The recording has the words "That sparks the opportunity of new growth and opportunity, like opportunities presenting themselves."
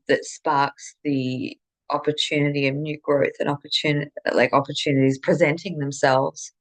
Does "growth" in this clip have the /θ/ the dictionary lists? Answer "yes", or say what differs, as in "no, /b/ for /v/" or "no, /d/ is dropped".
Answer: yes